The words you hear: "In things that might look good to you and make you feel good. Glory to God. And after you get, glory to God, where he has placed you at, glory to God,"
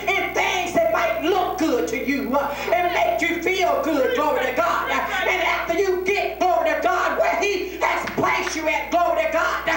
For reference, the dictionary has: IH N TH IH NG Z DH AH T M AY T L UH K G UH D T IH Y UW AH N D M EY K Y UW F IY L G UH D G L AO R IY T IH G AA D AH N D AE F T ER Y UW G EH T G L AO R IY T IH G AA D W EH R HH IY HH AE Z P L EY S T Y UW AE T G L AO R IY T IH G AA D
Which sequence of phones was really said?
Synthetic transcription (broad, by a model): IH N TH IH NG Z DH AH T M AY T L UH K G UH D T IH Y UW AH N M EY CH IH F IY L G UH D G L AO R IY T IH G AA D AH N AE F T ER Y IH G EH T G L AO R IY T IH G AA D W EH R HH IY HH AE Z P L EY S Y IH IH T G L AO R IY T IH G AA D